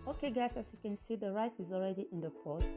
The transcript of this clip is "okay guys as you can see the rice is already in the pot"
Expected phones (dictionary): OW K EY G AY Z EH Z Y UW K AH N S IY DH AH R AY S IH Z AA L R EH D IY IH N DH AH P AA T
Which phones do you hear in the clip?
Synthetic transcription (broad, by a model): OW K EY G AY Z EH S Y UW K AH N S IY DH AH R AY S IH Z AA L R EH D IY IH N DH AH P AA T